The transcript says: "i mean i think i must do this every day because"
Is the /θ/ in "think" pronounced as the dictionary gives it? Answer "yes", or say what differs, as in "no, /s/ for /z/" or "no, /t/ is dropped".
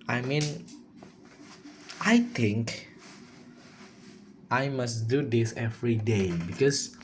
no, /t/ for /θ/